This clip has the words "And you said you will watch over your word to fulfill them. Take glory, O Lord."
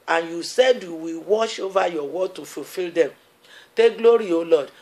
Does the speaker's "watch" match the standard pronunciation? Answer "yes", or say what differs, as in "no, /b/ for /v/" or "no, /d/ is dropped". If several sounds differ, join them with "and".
no, /ʃ/ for /tʃ/